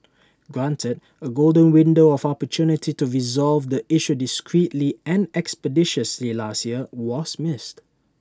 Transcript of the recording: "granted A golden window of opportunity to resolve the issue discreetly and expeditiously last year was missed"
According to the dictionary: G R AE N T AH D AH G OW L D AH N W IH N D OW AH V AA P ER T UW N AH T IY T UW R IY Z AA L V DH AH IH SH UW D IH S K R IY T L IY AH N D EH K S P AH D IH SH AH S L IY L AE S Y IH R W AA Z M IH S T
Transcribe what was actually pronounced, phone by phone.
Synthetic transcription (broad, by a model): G R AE N T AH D AH G OW L D AH N W IH N D OW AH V AA P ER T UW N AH T IY T UW R IY Z AA L V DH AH IH SH UW D IH S K R IY T L IY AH N EH K S P AH D IH SH AH S L IY L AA S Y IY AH W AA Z M IH S T